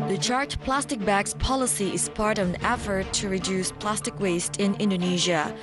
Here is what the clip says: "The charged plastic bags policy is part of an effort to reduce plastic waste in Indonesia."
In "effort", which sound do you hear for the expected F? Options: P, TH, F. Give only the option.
F